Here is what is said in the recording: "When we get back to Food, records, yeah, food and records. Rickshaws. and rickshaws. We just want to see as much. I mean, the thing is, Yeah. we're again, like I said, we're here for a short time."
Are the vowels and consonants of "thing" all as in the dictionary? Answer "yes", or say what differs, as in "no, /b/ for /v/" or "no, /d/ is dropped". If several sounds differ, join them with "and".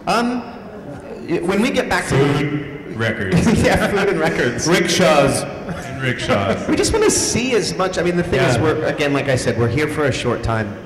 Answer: yes